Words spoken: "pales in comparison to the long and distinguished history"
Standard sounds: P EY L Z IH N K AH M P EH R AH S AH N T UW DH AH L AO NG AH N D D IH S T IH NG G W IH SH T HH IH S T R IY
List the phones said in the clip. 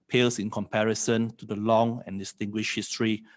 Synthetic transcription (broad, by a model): P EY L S IH N K AH M P EH R AH S AH N T UW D AH L AO NG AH N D D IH S T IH NG G W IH SH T HH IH S T R IY